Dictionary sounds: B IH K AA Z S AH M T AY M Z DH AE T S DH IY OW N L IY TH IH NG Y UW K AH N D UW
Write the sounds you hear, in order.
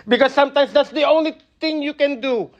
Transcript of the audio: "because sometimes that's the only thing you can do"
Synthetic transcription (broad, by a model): B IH K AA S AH M T AY M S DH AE T S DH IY OW N L IY T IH NG Y UW K AH N D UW